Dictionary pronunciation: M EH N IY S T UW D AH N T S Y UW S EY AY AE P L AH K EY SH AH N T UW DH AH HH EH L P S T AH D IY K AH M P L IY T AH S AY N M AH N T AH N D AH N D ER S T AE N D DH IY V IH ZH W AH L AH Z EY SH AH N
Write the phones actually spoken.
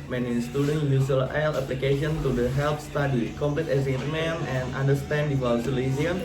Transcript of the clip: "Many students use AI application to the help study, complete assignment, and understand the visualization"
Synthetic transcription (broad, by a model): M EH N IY S T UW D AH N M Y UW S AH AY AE P L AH K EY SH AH N T UW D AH HH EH L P S T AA D IY K AH M P L IY T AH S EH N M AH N AH N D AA N D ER S T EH N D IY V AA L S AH L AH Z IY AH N